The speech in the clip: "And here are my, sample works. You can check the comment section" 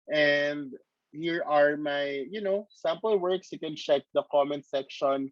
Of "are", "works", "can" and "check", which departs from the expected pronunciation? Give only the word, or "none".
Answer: none